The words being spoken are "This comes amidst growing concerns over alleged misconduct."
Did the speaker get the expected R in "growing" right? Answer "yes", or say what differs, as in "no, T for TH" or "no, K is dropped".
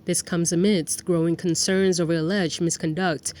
yes